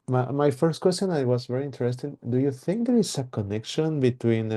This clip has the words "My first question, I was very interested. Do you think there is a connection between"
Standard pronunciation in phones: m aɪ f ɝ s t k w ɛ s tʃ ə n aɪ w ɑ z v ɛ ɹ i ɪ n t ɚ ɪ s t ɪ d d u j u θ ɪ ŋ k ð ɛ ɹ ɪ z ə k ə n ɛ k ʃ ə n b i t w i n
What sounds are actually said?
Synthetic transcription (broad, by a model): m aɪ f ɝ s t k w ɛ s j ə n aɪ w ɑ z v ɛ ɹ i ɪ n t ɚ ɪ s t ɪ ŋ d u j u θ ɪ ŋ k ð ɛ ɹ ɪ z ə k ə n ɛ k ʃ ə n b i t w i n